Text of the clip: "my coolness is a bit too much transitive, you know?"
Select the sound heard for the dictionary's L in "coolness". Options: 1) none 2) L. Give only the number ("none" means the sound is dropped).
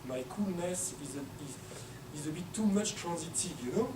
2